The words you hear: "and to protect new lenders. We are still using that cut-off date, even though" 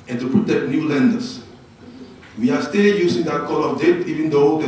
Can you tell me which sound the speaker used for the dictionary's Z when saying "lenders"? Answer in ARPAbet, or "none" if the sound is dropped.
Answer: S